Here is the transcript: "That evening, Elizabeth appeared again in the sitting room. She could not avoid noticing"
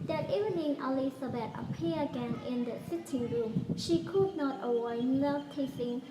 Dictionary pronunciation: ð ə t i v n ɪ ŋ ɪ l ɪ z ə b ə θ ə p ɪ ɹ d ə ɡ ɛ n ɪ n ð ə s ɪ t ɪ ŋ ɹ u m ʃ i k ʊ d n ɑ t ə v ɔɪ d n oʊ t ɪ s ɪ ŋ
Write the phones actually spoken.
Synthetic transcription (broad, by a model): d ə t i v n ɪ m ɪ l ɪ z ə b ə t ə p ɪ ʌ ə ɡ ɛ n ɪ n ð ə s ɪ t ɪ ŋ ɹ u m ʃ i k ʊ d n ɑ t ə w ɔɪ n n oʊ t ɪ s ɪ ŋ